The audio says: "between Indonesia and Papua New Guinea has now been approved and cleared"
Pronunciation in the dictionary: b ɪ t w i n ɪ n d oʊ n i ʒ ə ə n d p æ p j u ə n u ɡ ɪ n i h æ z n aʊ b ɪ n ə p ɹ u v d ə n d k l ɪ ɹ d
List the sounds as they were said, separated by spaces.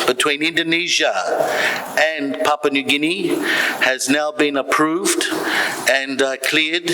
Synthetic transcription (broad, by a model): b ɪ t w i n ɪ n d oʊ n i ʒ ə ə n p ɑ p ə n u ɡ ɪ n i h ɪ z n aʊ b ɪ n ə p ɹ u v d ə n k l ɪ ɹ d